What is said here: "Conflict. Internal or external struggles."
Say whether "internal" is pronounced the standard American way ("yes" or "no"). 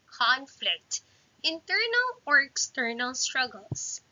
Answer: yes